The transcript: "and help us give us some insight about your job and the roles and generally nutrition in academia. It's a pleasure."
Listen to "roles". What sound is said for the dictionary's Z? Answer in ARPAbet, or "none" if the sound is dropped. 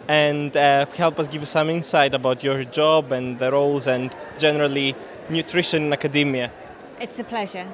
Z